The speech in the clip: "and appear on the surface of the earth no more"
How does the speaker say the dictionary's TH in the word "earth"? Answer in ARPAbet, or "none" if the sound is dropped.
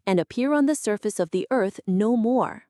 TH